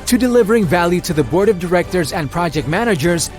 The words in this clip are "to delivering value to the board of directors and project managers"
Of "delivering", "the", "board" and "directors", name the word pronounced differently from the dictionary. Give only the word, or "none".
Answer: none